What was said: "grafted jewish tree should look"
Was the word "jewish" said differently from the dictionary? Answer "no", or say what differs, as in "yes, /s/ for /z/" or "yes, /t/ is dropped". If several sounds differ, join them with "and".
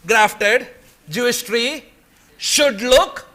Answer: yes, /s/ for /ʃ/